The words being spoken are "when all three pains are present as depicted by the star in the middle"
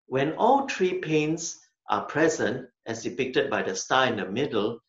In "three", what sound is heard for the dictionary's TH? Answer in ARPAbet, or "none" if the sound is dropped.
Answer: T